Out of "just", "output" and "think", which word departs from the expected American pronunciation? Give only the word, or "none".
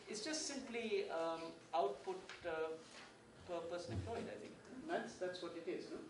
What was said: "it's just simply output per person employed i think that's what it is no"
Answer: think